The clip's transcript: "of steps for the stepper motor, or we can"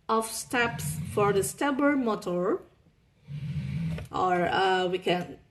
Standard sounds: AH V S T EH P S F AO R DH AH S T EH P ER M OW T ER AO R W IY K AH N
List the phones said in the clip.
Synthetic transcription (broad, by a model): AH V S T EH P S F AO R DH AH S T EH B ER M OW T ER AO R W IY K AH N